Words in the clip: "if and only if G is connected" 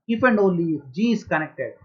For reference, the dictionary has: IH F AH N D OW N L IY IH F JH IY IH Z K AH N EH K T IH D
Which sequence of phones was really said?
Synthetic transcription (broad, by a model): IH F AH N D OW L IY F JH IY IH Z K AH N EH K T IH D